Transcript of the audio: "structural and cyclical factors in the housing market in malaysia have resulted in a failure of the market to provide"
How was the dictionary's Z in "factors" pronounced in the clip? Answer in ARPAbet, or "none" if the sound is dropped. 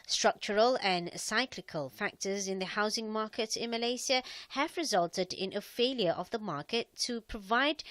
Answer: Z